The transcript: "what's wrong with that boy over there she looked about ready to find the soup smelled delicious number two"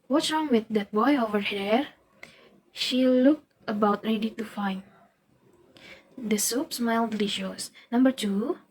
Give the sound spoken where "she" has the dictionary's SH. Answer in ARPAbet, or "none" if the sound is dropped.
SH